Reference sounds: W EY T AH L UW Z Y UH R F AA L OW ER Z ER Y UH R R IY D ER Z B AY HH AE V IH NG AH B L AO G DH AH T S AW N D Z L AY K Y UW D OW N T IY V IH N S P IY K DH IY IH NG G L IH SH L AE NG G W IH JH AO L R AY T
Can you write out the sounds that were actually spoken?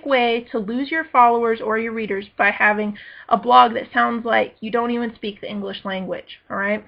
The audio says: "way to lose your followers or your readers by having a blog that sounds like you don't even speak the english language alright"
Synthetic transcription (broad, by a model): W EY T AH L UW Z Y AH R F AA L OW ER Z ER Y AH R R IY D ER Z B AY HH AE V IH NG AH B L AO G DH AH T S AW N D Z L AY K Y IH D OW N T IY V IH N S P IY K DH IY IH NG G L IH SH L AE NG G W IH JH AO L R AY T